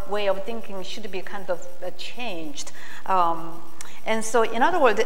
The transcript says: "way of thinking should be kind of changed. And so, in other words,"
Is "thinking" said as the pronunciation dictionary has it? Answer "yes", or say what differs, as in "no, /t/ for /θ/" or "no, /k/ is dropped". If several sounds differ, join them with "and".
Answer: yes